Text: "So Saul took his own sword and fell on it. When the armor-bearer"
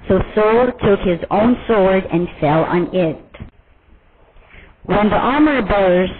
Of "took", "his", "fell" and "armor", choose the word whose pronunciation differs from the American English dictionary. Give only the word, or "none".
none